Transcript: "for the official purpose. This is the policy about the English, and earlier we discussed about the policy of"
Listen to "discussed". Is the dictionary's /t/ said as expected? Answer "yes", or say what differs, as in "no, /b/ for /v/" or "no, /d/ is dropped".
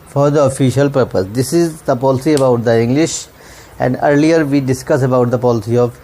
no, /t/ is dropped